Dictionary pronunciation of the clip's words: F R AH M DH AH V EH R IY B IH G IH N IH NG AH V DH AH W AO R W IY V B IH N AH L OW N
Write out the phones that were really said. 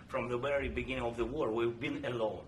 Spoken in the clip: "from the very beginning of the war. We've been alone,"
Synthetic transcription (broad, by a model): F R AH M DH AH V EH R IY B IH G IH N IH NG AH V DH AH W AO R W IY V B IH N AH L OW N